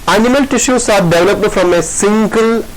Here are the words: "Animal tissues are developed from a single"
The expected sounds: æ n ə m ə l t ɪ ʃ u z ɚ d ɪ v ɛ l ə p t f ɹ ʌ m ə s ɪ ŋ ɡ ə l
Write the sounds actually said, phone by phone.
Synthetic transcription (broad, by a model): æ n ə m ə l t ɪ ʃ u s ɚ d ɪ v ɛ l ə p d f ɹ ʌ m ə s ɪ ŋ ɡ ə l